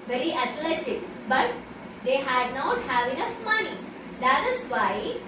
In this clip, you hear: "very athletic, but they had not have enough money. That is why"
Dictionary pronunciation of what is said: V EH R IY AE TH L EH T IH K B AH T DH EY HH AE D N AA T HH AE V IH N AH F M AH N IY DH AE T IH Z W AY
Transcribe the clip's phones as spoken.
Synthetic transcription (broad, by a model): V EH R IY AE T L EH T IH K B AH T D EY HH AE D N AA T HH AE V IH N AH F M AH N IY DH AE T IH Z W AY